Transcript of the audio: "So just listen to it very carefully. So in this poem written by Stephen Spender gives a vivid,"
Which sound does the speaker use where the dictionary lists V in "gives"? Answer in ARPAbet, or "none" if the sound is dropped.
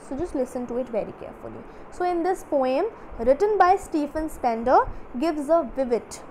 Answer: V